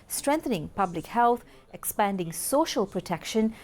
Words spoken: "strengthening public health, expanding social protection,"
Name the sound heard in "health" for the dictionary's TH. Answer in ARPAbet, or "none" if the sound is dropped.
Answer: T